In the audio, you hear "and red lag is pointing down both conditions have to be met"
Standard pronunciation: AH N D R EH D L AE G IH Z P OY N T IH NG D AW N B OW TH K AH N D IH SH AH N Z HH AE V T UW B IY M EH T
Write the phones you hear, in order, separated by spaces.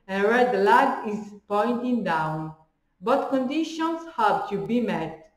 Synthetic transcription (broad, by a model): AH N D R EH D L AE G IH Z P OY N T IH NG D AW N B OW T K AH N D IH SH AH N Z HH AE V T UW B IY M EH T